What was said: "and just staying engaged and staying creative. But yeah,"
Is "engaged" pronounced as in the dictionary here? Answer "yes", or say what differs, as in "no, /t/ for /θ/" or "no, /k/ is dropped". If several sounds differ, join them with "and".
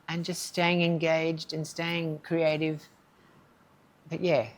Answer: yes